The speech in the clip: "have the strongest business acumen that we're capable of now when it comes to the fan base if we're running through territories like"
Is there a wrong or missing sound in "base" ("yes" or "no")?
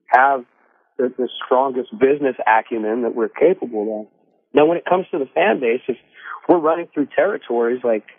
no